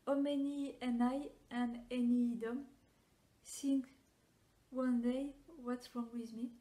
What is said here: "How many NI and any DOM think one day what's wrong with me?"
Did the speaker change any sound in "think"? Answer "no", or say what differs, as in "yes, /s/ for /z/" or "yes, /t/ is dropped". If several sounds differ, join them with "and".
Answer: yes, /s/ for /θ/